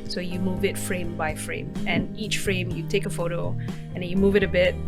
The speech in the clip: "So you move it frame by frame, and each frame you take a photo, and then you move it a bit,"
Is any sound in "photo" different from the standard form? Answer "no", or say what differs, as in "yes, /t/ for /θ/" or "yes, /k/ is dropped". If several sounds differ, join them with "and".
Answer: no